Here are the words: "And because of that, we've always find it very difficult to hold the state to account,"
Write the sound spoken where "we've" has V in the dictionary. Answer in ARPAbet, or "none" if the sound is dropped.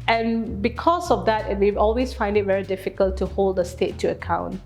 none